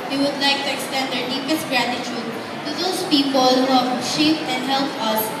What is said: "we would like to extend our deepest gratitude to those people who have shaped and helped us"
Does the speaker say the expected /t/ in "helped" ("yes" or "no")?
no